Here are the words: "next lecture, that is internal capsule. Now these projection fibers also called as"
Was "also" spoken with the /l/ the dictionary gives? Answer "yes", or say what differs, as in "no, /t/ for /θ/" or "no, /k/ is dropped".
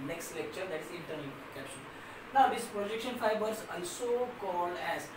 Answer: no, /n/ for /l/